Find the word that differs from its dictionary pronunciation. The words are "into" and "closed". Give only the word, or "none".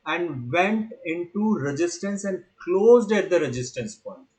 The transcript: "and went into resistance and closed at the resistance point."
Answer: none